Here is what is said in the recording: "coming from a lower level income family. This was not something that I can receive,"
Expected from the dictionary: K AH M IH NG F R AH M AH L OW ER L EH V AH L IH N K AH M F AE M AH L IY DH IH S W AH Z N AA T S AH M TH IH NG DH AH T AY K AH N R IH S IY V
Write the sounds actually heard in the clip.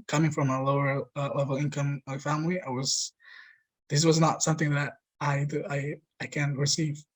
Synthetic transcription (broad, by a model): K AH M IH NG F R AH M AH L OW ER L EH V L IH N K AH M F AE M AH W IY DH IH S W AH Z N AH T S AH M TH IH NG DH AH T AY K AH N R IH S IY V